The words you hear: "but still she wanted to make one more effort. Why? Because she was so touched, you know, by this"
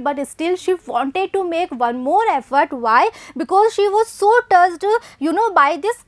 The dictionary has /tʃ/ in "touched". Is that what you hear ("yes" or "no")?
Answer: no